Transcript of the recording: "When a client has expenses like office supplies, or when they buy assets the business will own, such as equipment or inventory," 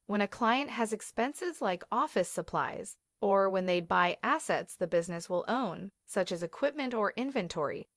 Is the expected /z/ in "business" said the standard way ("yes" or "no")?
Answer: yes